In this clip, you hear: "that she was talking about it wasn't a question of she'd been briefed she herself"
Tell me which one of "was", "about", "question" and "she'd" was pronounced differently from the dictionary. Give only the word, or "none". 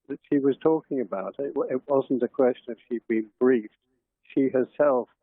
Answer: none